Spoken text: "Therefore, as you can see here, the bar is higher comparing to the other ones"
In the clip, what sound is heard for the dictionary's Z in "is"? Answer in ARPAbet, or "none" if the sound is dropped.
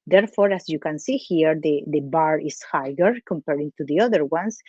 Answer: S